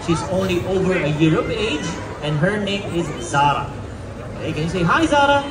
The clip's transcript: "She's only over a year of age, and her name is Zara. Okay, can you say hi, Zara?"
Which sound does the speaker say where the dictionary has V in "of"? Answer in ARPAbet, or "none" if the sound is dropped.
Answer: P